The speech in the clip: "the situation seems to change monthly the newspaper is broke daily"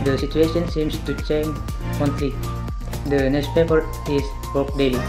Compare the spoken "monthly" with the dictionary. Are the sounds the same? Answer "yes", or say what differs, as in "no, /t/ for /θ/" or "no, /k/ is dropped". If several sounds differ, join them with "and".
no, /t/ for /θ/